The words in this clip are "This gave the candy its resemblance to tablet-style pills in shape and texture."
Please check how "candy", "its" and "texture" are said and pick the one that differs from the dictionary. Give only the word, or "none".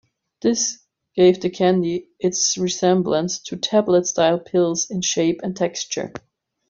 none